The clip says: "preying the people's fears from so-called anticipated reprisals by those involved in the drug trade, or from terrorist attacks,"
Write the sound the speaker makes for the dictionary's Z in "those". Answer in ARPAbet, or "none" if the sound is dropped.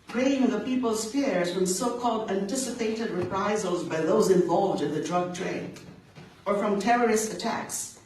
Z